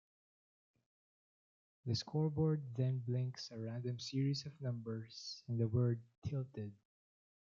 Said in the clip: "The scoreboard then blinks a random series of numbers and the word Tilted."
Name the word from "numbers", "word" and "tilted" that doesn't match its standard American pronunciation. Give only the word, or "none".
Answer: numbers